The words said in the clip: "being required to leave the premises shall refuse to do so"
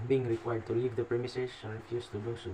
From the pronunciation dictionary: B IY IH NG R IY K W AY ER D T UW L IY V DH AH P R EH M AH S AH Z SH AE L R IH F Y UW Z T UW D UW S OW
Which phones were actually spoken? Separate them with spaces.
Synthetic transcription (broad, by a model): B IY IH NG R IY K W AY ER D T UW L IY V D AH P R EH M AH S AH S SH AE N R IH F Y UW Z T UW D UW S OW